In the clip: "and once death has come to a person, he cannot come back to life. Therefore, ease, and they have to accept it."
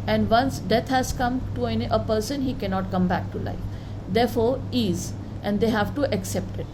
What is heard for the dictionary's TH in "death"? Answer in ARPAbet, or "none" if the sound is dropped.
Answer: T